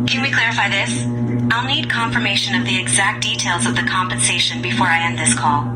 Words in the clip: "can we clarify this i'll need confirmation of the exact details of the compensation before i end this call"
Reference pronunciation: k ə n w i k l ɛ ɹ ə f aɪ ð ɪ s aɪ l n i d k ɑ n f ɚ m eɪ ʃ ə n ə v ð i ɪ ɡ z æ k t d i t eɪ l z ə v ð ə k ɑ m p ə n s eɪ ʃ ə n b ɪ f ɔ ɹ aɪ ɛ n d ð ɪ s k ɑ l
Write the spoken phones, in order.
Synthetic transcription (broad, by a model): k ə n w i k l ɛ ɹ ə f aɪ ð ɪ s aɪ l n i d k ɑ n f ɚ m eɪ ʃ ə n ə v ð i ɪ ɡ z æ k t d i t eɪ l z ə v ð ə k ɑ m p ə n s eɪ ʃ ə n b ɪ f ɔ ɹ aɪ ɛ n ð ɪ s k ɑ l